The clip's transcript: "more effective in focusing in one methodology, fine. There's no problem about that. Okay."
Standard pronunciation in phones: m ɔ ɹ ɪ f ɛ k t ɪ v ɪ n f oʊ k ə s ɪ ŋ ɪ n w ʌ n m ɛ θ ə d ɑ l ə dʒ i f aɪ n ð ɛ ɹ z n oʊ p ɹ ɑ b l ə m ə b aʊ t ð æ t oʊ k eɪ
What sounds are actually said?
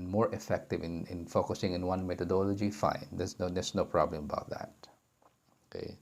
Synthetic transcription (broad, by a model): m ɔ ɹ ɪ f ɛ k t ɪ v ɪ n f oʊ k ə s ɪ ŋ ɪ n w ʌ n m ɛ t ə d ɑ l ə dʒ i f aɪ n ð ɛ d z n oʊ p ɹ ɑ b l ə m ə b aʊ t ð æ t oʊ k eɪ